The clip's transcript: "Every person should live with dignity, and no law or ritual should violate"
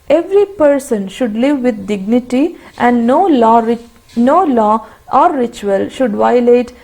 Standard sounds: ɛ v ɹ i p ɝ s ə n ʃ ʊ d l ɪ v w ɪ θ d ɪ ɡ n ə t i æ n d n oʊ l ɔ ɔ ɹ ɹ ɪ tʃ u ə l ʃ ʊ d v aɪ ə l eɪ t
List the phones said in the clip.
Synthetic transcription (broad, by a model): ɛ v ɹ i p ɝ s ə n ʃ ʊ d l ɪ v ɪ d d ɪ ɡ n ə t i æ n d n oʊ l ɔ ɔ l ɹ ɪ tʃ u ə l ʃ ʊ d v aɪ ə l eɪ t